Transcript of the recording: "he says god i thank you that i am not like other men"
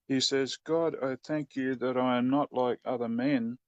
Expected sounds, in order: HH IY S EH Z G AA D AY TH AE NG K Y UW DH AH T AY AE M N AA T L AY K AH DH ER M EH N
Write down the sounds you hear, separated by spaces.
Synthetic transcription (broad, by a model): HH IY S EH Z G AA D AY TH AE NG K Y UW DH AH T AY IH M N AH T L AY K AH DH ER M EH N